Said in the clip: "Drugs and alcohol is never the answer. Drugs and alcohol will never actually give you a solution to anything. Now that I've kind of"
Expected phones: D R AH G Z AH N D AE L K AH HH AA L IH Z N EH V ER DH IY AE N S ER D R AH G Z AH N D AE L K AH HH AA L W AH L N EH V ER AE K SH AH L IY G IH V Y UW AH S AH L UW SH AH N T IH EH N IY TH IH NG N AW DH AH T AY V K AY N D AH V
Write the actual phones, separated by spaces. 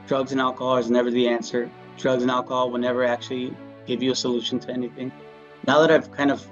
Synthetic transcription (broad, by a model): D R AH G Z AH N AE L K AH HH AA L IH Z N EH V ER DH IY AE N S ER D R AH G Z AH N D AE L K AH HH AA L W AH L N EH V ER AE K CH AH L IY G IH V Y AH S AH L UW SH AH N T IH EH N IY TH IH NG N AW DH AH T AY V K AY N D AH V